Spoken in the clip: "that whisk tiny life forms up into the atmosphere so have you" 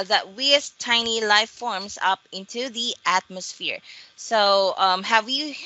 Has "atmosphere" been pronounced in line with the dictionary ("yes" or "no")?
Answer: yes